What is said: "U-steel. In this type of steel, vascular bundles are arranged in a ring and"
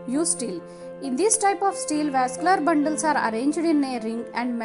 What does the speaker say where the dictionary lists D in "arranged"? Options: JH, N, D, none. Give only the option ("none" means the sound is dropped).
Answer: D